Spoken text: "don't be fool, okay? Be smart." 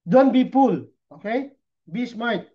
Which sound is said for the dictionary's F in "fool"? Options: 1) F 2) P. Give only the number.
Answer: 2